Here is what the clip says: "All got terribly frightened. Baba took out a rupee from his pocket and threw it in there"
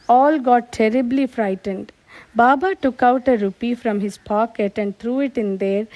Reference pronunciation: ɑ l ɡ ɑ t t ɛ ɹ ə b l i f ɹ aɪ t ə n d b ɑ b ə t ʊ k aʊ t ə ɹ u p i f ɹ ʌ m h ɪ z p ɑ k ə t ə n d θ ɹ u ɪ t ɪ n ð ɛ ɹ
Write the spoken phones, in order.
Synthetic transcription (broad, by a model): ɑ l ɡ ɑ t t ɛ ɹ ə b l i f ɹ aɪ t ə n d b ɑ b ə t ʊ k aʊ t ə ɹ u p i f ɹ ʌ m h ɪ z p ɑ k ə t ə n d t ɹ u ɪ t ɪ n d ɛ ɹ